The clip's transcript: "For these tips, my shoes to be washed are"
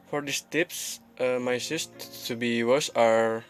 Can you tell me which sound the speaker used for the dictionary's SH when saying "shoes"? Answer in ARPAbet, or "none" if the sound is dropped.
S